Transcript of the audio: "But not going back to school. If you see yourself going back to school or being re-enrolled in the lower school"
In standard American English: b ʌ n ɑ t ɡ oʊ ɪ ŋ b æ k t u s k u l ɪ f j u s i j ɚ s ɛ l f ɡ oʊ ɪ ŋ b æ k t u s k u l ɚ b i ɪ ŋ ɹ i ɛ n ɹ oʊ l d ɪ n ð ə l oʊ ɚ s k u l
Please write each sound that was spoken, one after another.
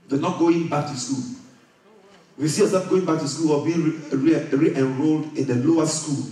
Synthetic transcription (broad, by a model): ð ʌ n ɑ t ɡ oʊ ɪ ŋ b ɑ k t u s k u l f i s i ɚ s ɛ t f ɡ oʊ ɪ ŋ b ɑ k t u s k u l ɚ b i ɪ ɹ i ɛ n ɹ oʊ l d ɪ n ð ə l oʊ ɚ s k u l